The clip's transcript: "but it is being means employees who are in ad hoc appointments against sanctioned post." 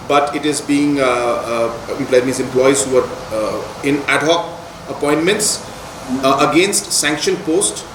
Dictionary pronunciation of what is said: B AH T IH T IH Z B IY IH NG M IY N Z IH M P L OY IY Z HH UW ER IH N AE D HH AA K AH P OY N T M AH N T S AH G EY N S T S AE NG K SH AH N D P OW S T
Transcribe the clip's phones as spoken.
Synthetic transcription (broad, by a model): B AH T IH T IH Z B IY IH NG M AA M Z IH M P L OY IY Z HH UW ER IH N AE D HH AA K AH P OY N T M AH N T S AH G EY N S T S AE NG K SH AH N P OW S T